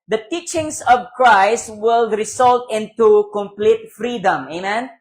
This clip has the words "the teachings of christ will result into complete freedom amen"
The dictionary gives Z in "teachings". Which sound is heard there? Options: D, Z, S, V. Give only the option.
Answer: S